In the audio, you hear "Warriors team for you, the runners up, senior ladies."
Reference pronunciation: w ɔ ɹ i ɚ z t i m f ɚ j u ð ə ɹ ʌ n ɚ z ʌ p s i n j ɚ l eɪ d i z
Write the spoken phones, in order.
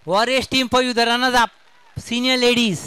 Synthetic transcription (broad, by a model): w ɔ ɹ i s t i m p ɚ j u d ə ɹ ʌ n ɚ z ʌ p s i n j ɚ l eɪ d i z